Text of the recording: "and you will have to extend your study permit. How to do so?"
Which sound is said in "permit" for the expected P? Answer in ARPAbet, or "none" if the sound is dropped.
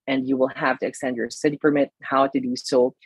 F